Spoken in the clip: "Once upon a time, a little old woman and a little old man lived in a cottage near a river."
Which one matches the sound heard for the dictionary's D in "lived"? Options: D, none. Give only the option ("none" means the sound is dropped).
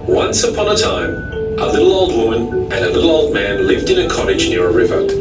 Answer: D